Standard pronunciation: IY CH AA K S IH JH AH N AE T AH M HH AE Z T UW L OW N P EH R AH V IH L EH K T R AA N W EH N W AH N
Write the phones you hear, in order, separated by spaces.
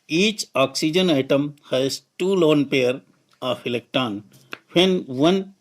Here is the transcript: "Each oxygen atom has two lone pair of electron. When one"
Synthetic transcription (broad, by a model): IY CH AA K S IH JH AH N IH T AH M HH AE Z T UW L OW N P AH R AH F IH L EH K T AA N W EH N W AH N